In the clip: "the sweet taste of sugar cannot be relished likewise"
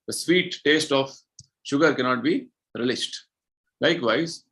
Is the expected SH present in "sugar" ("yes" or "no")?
yes